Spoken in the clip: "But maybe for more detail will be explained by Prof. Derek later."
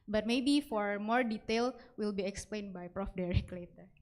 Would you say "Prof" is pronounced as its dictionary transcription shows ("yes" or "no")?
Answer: yes